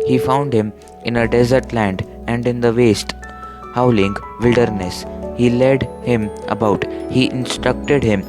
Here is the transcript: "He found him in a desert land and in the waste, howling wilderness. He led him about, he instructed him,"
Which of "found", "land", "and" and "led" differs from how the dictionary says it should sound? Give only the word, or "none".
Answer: none